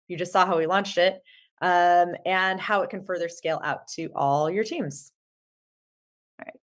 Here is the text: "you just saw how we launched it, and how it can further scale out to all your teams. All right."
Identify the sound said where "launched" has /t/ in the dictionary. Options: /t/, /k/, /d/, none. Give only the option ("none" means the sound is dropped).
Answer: /t/